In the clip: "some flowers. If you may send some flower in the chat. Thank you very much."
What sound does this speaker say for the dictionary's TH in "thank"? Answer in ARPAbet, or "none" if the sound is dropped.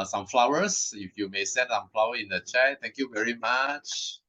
T